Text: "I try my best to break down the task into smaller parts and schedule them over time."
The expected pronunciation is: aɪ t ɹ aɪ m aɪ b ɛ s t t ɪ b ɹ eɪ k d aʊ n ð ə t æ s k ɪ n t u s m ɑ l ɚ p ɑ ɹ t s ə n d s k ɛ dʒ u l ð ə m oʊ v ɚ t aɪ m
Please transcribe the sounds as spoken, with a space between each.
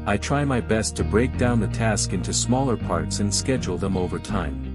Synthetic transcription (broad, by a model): aɪ t ɹ aɪ m aɪ b ɛ s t t ɪ b ɹ eɪ k d aʊ n ð ə t æ s k ɪ n t u s m ɑ l ɚ p ɑ ɹ t s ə n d s k ɛ dʒ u l ð ə m oʊ v ɚ t aɪ m